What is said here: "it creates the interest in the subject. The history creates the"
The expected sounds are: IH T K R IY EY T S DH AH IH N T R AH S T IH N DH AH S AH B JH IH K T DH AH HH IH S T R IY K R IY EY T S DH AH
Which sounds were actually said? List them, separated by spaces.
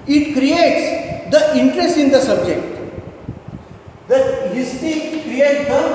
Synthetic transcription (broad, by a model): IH T K R IY EY T S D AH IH N T R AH S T IH N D AH S AH B JH IH K T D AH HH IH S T IY K R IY EY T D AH